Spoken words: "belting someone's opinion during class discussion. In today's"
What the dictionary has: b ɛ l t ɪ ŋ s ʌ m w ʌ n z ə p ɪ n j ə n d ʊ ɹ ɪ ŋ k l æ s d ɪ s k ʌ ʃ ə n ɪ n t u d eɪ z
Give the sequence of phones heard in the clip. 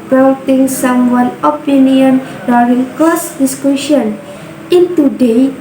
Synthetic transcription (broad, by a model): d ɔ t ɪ ŋ s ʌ m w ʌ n ə p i n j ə n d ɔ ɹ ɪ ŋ k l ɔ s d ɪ s k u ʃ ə n ɪ n t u d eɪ